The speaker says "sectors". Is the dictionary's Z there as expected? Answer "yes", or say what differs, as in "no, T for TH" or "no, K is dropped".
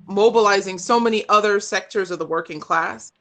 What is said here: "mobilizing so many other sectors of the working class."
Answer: yes